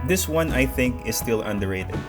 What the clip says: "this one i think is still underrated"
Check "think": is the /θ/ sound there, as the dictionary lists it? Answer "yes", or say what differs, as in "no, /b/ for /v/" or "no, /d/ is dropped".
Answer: yes